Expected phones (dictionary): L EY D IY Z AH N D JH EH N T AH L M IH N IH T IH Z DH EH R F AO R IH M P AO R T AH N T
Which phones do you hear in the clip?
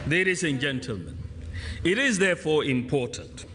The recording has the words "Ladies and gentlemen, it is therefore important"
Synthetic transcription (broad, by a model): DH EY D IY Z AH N JH EH N T AH L M IH N IH T IH Z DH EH F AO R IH M P AO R T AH N T